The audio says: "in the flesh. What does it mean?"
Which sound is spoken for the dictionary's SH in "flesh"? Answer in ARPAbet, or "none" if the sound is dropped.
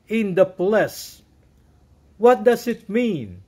S